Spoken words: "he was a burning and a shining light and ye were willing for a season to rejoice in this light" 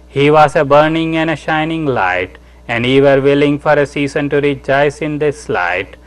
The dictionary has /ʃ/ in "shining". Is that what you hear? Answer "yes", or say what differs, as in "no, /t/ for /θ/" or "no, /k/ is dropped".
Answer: yes